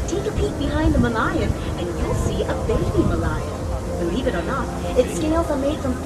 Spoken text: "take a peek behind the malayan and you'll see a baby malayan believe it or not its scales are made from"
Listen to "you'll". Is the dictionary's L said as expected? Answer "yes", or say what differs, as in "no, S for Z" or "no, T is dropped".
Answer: no, N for L